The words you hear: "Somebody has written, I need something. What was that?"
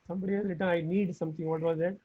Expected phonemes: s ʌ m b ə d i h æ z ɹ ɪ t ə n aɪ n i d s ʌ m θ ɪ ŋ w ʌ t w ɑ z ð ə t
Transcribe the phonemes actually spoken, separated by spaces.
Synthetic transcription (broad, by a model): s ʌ m b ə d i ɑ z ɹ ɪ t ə aɪ n i d s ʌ m t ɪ ŋ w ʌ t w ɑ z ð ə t